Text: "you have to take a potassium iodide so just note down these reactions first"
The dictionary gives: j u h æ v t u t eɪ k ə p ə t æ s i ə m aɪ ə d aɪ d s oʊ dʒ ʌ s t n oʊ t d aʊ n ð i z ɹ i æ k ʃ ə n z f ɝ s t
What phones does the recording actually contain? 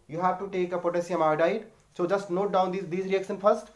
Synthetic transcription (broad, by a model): j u h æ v t u t eɪ k ə p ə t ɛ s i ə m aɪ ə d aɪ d s oʊ dʒ ʌ s t n oʊ t d aʊ n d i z ɹ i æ k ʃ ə n f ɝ s t